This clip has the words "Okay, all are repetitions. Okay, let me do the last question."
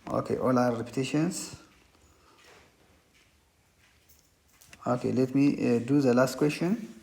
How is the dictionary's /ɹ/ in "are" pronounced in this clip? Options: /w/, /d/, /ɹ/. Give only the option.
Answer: /w/